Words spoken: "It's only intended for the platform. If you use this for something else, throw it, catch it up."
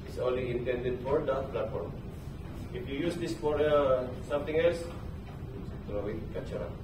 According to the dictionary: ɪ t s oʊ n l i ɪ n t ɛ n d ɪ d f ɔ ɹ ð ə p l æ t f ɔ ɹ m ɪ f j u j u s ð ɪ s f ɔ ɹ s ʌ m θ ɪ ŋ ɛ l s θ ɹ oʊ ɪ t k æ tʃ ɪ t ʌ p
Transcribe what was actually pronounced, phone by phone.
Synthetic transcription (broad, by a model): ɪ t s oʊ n l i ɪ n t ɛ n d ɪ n f ɔ ɹ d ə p l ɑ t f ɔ ɹ m ɪ f j u j u s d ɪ s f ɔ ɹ s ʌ m t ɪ ŋ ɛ l s t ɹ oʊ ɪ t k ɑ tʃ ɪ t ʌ